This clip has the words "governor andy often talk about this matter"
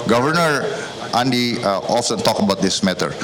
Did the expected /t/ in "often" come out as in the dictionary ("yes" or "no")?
no